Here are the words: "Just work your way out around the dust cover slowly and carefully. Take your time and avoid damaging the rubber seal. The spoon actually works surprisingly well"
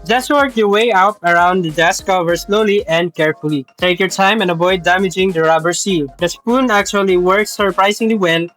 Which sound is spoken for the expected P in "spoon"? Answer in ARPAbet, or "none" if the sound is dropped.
P